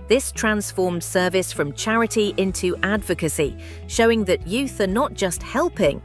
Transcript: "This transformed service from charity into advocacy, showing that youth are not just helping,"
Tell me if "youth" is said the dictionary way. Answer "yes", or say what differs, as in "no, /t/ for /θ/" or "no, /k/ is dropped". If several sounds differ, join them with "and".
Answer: yes